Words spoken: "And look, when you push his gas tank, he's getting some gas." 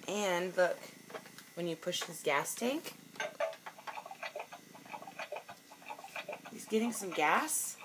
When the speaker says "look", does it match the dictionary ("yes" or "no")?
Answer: yes